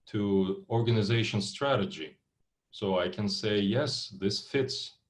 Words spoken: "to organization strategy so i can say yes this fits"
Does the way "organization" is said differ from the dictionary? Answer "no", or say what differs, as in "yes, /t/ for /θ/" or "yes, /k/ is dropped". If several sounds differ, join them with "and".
no